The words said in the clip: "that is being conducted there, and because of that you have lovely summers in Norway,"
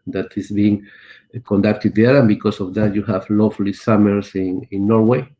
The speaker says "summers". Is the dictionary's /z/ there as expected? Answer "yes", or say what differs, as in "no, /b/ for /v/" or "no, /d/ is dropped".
no, /s/ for /z/